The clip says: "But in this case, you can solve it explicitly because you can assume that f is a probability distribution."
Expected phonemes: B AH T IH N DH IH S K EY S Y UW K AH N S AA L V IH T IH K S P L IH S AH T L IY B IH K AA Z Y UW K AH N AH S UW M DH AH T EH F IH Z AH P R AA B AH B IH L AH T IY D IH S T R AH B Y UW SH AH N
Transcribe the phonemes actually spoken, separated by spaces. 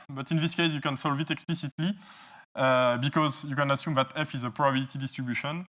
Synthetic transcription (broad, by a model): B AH T IH N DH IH S K EY S Y UW K AH N S AA L V IH T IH K S P L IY S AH T L IY B IH K AA Z Y UW K AH N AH S UW M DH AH T EH F IH Z AH P R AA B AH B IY L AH T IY D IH S T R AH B Y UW SH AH N